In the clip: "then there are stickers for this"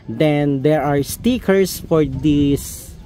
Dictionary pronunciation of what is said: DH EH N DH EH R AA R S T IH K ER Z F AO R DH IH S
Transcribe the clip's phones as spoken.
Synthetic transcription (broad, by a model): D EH N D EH R AA R S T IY K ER S F AO R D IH S